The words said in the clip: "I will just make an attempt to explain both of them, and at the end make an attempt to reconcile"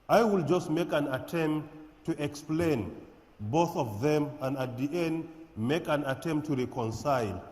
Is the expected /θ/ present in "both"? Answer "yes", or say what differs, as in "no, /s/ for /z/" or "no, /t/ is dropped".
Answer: yes